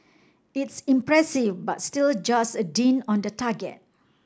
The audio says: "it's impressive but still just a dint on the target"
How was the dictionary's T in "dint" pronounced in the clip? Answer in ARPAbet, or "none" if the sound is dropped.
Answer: none